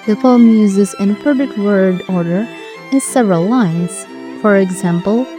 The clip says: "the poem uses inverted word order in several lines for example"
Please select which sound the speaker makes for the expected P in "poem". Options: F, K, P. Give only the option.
F